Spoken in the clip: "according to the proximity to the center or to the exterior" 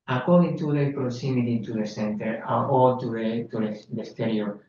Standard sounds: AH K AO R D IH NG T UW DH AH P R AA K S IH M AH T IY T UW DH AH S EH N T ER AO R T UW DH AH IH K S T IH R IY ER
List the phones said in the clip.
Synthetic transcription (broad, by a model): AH K AO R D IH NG T UW DH AH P R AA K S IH M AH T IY T UW DH AH S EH N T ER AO L T UW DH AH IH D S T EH R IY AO